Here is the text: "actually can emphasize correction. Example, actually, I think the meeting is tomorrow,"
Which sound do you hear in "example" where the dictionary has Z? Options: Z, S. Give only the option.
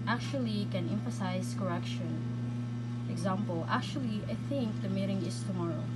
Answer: Z